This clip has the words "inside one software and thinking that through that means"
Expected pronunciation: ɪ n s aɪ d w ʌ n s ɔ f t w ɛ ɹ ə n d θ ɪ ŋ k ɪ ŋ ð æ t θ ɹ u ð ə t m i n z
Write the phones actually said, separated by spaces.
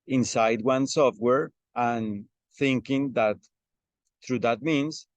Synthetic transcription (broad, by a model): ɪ n s aɪ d w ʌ n s ɔ f t w ɛ ɹ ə n θ ɪ ŋ k ɪ ŋ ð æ t θ ɹ u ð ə t m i n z